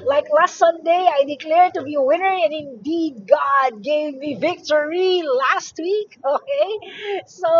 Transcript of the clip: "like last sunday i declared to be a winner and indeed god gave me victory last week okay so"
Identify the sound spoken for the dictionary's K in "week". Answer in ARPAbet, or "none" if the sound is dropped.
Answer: K